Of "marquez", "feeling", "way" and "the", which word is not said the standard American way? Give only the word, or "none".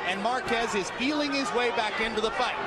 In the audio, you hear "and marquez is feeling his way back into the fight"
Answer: feeling